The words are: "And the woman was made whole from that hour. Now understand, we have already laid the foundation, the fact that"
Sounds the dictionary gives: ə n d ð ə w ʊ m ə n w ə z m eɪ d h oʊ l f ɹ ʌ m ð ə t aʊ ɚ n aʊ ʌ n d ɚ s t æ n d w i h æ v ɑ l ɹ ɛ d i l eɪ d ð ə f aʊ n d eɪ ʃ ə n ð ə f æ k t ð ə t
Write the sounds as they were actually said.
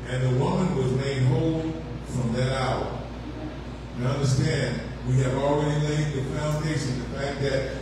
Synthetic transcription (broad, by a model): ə n ð ə w ʊ m ə n w ə z m eɪ d h oʊ l f ɹ ʌ m ð ə t aʊ ɚ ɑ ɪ ʌ n d ɚ s t æ n d w i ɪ v l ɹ ɛ d i l eɪ d ð ə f aʊ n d eɪ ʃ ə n ð ə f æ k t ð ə t